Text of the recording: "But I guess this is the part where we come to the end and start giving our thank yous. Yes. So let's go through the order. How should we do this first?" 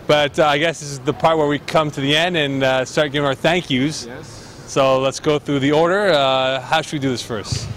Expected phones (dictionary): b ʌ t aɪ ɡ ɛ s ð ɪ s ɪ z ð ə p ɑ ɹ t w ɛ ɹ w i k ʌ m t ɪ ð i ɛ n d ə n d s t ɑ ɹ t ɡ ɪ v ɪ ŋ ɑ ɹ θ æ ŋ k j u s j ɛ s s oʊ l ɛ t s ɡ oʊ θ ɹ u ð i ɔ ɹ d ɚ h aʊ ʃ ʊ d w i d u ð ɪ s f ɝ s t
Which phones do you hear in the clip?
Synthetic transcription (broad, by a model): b ʌ t aɪ ɡ ɛ s ð ɪ s ɪ z ð ə p ɑ ɹ t w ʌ ɹ w i k ʌ m t ɪ ð i ɛ n d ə n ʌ s t ɑ ɹ t ɡ ɪ v ɪ ŋ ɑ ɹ θ æ ŋ k j u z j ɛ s s oʊ l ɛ t s ɡ oʊ θ ɹ u ð i ɔ ɹ d ɚ h aʊ ʃ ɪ d w i d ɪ ð ɪ s f ɝ s t